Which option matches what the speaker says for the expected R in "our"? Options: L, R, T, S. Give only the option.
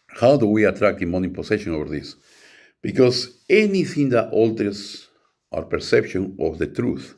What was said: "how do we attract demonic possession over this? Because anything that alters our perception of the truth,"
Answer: R